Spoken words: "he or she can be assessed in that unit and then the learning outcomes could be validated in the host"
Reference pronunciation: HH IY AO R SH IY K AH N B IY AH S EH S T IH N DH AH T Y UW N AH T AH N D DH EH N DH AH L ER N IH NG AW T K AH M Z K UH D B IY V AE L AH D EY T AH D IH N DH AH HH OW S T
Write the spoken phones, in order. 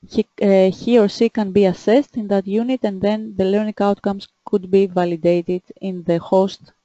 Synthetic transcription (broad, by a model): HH IY AO R S IY K AH N B IY AH S EH S T IH N DH AH T Y UW N AH T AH N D DH EH N DH AH L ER N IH NG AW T K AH M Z K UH D B IY V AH L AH D EY T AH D IH N DH AH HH OW S T